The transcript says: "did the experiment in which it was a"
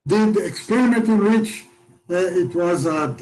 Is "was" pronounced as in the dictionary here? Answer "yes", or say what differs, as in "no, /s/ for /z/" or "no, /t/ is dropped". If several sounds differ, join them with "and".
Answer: yes